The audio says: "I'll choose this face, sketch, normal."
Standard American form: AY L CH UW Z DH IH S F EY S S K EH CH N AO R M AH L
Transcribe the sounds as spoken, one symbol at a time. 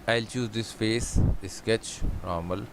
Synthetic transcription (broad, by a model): AY L CH UW Z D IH S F EY S S K EH CH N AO R M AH L